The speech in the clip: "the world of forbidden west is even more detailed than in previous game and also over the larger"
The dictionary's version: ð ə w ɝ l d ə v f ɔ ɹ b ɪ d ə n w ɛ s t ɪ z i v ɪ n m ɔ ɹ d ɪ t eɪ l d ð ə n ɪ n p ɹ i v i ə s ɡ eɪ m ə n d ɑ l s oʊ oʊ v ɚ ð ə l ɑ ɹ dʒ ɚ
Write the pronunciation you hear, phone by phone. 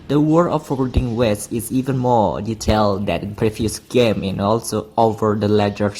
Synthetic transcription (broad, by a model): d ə w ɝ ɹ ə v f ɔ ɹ ɪ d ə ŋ w ɛ s t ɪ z i v ɪ n m ɔ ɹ d ɪ t eɪ l d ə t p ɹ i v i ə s ɡ eɪ m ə n ɑ l s oʊ oʊ v ɚ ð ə l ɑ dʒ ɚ